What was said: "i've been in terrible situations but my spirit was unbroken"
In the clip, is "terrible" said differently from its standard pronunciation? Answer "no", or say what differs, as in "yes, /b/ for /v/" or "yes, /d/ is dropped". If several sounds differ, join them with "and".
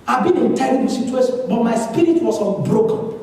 yes, /b/ is dropped